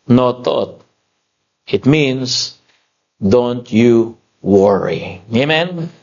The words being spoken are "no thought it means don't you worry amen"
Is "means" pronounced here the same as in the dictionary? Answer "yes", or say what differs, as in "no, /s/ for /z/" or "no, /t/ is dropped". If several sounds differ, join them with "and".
no, /s/ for /z/